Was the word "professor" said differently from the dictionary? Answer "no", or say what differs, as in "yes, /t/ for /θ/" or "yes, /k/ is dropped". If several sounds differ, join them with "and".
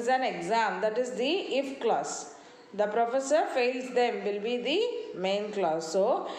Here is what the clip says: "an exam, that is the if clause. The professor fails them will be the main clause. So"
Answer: no